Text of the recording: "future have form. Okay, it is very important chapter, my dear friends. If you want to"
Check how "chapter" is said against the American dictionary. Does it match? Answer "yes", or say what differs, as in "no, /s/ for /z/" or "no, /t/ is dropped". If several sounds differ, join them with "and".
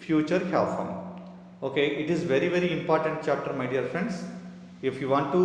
yes